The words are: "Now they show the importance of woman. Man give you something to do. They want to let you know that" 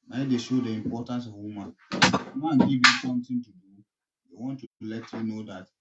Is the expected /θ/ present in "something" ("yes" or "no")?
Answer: no